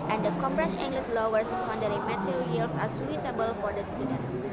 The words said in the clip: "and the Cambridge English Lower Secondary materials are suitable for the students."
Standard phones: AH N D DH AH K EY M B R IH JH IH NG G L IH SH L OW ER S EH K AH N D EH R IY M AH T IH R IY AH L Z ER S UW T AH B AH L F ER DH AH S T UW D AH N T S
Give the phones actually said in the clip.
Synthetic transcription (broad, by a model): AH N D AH K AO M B R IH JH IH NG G L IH S L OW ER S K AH N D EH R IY M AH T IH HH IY L S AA S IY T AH B AH L F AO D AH S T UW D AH N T S